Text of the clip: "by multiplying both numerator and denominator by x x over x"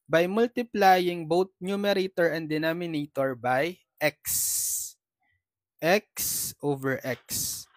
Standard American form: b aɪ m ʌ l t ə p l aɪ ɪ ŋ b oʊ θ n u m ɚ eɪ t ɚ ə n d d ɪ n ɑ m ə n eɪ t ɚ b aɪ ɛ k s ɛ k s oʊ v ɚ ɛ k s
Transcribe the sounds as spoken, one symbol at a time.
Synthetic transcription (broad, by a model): b aɪ m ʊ l t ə p l aɪ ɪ ŋ b oʊ t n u m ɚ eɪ t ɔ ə n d d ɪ n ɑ m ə n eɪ t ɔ b aɪ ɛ k s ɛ k s oʊ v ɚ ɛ k s